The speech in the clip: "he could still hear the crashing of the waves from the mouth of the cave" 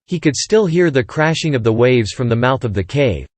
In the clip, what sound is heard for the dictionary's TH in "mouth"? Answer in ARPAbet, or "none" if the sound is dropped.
TH